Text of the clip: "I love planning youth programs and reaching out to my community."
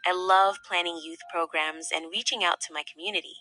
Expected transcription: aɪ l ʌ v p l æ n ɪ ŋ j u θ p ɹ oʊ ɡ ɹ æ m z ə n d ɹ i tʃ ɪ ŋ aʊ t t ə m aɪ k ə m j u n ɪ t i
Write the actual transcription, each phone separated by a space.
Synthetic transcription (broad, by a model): aɪ l ʌ v p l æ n ɪ ŋ j u θ p ɹ oʊ ɡ ɹ æ m z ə n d ɹ i tʃ ɪ ŋ aʊ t t ə m aɪ k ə m j u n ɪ t i